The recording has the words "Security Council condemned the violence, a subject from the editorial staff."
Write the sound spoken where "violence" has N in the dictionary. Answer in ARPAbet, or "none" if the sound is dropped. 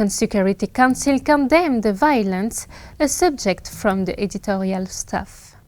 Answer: N